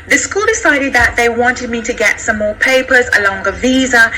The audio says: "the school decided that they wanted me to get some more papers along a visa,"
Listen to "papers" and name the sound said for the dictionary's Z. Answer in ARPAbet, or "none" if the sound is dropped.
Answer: Z